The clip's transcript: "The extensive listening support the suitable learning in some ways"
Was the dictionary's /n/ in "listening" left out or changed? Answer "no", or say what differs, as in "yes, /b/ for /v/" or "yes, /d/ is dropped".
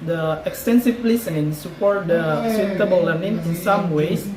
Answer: yes, /n/ is dropped